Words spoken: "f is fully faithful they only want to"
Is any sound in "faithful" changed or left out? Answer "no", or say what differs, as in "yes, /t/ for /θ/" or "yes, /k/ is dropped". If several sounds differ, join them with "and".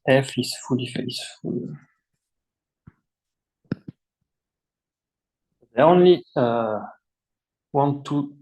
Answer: yes, /s/ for /θ/